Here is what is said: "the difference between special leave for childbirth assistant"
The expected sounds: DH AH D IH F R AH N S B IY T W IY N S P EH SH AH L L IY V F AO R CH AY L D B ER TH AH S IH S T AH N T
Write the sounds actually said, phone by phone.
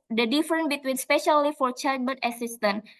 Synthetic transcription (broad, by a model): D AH D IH F R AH N B IY T W IY N S P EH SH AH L L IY F AO R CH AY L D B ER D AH S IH S T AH N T